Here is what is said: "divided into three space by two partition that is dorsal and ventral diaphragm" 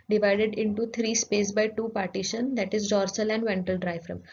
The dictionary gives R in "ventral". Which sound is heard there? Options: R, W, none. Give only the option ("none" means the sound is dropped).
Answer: none